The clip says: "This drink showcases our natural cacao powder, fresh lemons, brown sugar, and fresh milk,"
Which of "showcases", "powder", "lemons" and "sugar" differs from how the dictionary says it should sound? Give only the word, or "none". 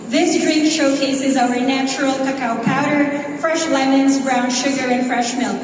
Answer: none